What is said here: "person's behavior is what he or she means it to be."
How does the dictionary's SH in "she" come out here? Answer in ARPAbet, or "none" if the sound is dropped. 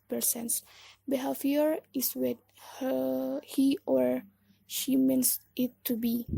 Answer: SH